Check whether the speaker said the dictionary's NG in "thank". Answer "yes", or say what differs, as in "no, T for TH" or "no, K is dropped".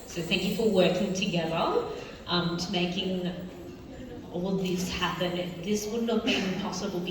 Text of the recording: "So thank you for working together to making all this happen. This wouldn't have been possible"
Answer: yes